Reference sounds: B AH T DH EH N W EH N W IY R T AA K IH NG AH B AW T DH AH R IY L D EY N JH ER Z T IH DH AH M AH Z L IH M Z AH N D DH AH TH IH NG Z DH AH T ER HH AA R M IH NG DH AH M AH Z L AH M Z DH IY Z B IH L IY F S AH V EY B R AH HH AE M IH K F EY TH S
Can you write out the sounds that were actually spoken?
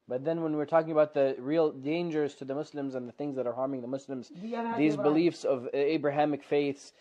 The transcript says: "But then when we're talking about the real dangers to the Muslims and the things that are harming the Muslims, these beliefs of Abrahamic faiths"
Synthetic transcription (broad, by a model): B AH T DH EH N W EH N W IY R T AA K IH NG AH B AW T DH AH R IY L D EY N JH ER Z T IH DH AH M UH S L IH M Z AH N DH AH TH IH NG Z DH AH T ER HH AA R M IH NG DH AH M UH S L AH M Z DH IY Z B IH L IY F S AH V EY B R AH HH AE M IH K F EY TH S